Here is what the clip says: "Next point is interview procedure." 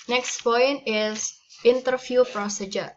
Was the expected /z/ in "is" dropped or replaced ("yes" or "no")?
yes